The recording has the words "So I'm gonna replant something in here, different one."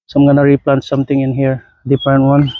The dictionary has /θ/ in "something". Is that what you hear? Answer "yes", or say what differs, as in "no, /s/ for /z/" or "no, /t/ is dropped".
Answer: no, /t/ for /θ/